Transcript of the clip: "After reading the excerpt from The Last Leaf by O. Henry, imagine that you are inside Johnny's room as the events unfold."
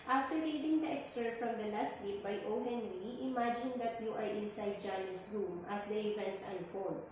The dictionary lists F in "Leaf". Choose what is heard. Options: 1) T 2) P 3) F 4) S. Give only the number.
2